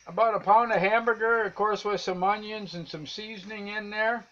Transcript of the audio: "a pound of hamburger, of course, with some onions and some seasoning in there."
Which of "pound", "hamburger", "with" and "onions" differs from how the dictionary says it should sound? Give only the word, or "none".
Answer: none